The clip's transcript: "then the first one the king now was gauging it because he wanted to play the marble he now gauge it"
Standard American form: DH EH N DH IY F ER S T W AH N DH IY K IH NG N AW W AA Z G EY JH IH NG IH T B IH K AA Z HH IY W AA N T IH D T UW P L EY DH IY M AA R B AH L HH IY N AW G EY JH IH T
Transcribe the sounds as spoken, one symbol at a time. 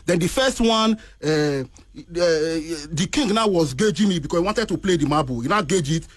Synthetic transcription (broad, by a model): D EH N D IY F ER S T W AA N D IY K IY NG N AW W AA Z G EY JH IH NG IH T B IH K AA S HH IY W AA N T IH D T UW P L EY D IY M AA B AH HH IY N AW G EY JH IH T